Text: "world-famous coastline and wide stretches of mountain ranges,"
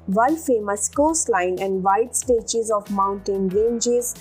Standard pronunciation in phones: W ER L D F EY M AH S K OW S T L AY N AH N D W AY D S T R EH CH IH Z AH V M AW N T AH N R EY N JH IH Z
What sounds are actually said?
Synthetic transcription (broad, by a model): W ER L F EY M AH S K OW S L AY N AH N D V AY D S T EH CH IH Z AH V M AW N T AH N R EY N JH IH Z